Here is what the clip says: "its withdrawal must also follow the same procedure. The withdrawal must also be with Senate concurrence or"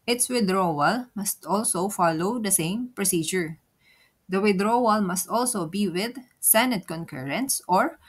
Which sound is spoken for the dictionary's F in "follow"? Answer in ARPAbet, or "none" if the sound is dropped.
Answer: F